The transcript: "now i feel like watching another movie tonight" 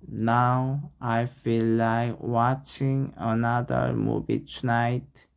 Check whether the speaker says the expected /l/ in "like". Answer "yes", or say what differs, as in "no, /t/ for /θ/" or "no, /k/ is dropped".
yes